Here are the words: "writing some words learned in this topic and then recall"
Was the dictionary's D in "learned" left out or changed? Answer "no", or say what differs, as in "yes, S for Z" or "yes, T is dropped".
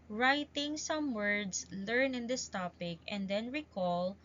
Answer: yes, D is dropped